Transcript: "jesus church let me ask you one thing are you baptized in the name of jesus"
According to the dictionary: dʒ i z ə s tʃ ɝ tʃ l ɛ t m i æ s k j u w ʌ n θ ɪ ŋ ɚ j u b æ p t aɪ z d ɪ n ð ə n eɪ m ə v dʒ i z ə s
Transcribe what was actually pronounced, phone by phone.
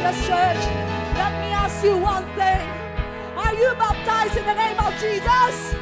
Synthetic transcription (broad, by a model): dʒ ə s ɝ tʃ l ɛ t m i æ s k j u w ʌ n θ ɪ ŋ ɚ j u b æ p t aɪ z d ɪ n ð ə n eɪ m ə v dʒ i z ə s